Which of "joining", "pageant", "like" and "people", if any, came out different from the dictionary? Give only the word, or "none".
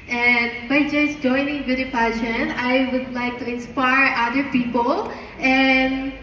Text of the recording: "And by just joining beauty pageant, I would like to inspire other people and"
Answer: pageant